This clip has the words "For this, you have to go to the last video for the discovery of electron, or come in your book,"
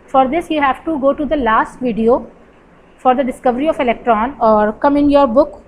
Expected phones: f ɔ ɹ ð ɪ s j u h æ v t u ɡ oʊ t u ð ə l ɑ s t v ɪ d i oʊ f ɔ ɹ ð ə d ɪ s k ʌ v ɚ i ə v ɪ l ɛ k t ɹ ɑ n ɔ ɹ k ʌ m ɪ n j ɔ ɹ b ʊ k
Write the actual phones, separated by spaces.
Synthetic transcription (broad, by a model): f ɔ ɹ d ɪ s j u h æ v t u ɡ oʊ t u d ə l ɑ s t v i d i oʊ f ɔ ɹ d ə d ɪ s k ʌ v ɚ i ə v ɪ l ɛ k t ɹ ɑ n ɔ ɹ k ʌ m ɪ n j ɔ ɹ b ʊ k